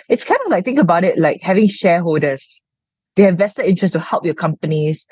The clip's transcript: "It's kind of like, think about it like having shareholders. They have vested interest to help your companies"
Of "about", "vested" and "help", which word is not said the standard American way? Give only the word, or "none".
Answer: vested